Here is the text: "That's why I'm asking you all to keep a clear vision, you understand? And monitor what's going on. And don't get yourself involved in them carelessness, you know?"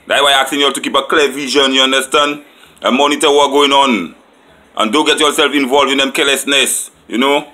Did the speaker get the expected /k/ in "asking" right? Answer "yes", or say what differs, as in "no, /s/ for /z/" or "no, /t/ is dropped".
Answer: no, /k/ is dropped